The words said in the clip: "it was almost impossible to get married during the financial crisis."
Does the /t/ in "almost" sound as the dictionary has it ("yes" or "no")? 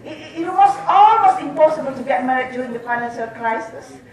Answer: no